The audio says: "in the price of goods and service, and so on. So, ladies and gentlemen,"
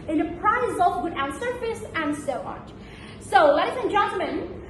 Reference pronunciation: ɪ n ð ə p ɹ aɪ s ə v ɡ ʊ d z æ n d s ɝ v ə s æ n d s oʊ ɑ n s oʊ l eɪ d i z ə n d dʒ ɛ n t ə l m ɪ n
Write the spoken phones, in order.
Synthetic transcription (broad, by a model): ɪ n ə p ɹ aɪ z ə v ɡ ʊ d æ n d s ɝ f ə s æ n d s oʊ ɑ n s oʊ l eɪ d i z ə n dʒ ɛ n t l m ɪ n